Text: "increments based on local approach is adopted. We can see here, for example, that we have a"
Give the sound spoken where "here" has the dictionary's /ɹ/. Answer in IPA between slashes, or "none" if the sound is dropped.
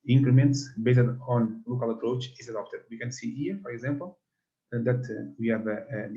/ɹ/